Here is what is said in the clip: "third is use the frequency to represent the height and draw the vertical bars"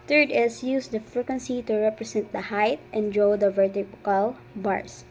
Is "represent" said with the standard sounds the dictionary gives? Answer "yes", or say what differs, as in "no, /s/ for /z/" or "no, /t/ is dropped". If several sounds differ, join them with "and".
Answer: no, /s/ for /z/